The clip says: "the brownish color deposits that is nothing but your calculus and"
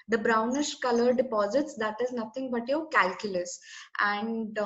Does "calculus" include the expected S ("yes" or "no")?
yes